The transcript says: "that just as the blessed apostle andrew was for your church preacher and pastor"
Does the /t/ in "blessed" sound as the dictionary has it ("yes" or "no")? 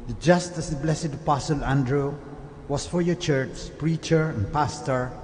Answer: no